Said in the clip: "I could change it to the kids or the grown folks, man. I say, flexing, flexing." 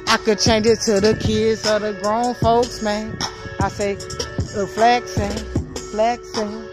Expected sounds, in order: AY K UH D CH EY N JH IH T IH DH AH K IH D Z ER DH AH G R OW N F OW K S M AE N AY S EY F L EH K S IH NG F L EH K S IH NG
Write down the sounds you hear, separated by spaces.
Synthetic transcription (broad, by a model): AY K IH D CH EY N JH IH T IH DH AH K IH D Z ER DH AH G R OW N F OW K S M AE N AY S EY F L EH K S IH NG F L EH K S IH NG